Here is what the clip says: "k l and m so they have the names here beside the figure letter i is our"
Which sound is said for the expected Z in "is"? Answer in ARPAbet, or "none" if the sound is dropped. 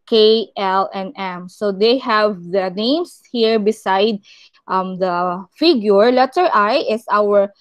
S